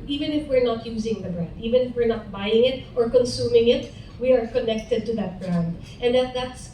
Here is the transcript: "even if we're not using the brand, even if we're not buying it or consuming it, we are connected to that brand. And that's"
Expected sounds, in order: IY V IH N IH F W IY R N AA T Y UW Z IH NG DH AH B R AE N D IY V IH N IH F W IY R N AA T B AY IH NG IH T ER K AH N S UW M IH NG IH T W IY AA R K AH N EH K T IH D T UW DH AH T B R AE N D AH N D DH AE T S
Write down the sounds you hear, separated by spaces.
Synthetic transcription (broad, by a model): IY V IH N IH F W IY R N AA T Y UW Z IH NG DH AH B R AE N D IY V IH N IH F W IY R N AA T B AY IH NG IH T ER K AH N S UW M IH NG IH T W IY AA R K AH N EH K T IH D T UW DH AH T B R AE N D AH N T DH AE T S